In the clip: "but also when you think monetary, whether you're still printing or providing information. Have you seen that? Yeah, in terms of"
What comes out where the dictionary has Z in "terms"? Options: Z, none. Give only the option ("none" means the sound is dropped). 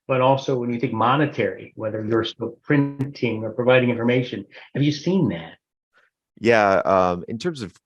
Z